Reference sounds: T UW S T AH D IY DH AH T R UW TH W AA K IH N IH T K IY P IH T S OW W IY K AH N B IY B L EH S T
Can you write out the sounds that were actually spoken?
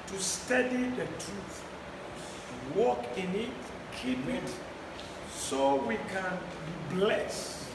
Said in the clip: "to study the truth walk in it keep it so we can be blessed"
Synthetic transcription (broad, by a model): T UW S T AH D IY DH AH T R UW TH W AA K IH N IH T K IY P IH T S OW W IY K AH N B IY B L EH S T